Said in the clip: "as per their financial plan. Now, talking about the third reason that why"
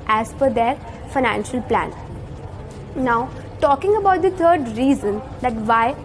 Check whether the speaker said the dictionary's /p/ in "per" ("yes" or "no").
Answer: no